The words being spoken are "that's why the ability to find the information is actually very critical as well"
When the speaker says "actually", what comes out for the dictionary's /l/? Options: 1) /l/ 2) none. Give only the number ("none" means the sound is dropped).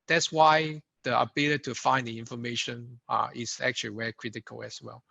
2